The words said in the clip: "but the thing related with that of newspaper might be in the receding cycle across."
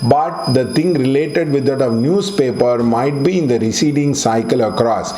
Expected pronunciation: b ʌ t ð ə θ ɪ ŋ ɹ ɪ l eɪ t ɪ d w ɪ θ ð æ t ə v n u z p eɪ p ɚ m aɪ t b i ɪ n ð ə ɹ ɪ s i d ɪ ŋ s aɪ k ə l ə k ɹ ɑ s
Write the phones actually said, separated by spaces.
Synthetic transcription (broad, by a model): b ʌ t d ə t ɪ ŋ ɹ ɪ l eɪ t ɪ d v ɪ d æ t ə v n u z p eɪ p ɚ m aɪ t b i ɪ n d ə ɹ ɪ s i d ɪ ŋ s aɪ k ə l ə k ɹ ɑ s